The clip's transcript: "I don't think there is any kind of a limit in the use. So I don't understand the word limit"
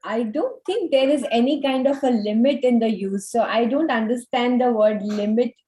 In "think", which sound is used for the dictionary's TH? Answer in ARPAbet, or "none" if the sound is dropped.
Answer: T